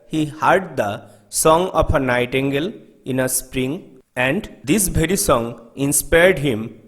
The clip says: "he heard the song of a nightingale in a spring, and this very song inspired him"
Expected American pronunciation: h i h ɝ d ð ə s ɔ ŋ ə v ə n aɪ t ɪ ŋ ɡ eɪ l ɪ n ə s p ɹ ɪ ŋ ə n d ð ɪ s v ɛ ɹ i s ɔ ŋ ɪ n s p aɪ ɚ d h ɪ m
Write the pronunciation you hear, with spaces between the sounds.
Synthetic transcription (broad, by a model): h i h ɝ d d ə s ɔ ŋ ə p ə n aɪ t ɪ ŋ ɡ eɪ l ɪ n ə s p ɹ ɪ ŋ ə n d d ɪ s b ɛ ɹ i s ɔ ŋ ɪ n s p aɪ ɚ d h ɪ m